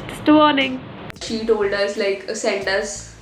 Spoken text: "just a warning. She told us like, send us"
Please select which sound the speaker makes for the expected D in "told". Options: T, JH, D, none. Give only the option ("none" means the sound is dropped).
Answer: D